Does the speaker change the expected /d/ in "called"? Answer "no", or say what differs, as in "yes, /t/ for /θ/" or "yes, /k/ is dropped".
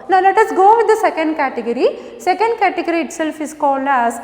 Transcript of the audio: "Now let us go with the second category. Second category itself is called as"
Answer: yes, /d/ is dropped